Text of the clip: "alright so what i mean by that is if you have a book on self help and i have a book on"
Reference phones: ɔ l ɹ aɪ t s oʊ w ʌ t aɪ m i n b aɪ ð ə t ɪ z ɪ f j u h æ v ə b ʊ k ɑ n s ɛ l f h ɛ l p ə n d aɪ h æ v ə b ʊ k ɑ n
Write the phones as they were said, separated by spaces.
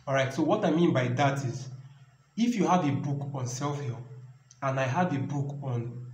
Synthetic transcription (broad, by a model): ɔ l ɹ aɪ t s oʊ w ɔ t aɪ m i n b aɪ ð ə t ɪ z ɪ f j u h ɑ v ə b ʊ k ɑ n s ɛ l f h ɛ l ə n aɪ h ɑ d ə b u k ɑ n